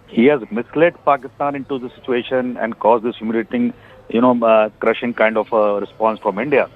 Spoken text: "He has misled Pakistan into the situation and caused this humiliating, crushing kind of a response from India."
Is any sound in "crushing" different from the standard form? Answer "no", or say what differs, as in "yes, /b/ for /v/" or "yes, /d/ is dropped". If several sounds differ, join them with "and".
no